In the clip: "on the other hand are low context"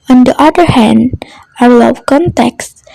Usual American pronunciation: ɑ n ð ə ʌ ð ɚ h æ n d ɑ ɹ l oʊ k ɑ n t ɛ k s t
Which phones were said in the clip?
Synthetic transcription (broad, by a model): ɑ n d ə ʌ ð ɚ h æ n d ɑ ɹ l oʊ k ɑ n t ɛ k s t